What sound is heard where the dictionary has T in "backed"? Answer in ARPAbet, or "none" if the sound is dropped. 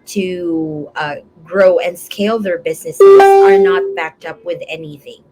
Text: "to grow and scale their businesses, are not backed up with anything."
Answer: T